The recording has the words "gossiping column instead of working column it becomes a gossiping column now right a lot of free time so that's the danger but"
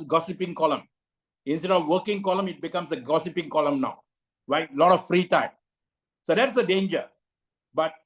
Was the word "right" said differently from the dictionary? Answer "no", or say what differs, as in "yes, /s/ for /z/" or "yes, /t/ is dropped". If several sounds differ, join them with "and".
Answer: yes, /t/ is dropped